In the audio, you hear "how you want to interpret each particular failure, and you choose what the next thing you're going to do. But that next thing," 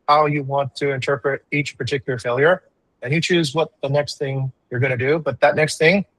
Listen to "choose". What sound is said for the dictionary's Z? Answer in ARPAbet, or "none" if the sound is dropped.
Z